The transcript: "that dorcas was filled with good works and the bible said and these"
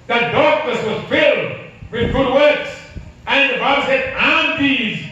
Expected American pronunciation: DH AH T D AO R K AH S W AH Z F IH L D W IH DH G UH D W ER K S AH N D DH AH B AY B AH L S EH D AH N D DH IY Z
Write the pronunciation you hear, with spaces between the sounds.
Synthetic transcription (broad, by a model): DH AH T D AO R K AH S W AH Z F IH L D W IH DH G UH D W ER K S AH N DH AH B AY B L S EH D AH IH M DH IY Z